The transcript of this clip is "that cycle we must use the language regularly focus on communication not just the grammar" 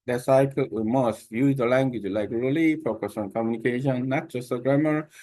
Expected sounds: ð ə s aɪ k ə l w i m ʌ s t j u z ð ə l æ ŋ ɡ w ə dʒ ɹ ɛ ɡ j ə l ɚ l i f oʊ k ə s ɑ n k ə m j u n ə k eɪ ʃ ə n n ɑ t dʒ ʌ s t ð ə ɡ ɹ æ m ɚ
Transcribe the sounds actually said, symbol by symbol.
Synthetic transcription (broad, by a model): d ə s aɪ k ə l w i m ʌ s t j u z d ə l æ ŋ ɡ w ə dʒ l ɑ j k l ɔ l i f oʊ k ə s ɑ n k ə m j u n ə k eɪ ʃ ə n n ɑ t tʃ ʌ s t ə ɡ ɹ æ m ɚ